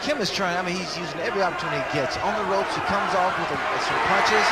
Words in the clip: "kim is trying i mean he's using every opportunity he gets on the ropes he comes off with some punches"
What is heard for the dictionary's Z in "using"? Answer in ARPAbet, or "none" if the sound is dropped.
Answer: Z